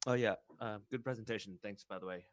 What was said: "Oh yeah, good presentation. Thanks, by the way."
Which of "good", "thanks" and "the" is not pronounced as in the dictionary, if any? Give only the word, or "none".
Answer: none